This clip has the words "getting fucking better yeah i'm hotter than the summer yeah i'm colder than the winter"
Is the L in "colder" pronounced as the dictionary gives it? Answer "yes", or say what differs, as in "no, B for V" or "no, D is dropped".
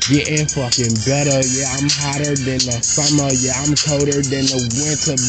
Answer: no, L is dropped